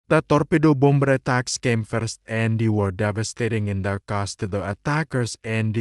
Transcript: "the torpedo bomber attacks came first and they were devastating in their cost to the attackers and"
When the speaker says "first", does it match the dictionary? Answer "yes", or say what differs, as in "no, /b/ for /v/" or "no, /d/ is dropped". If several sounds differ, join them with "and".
yes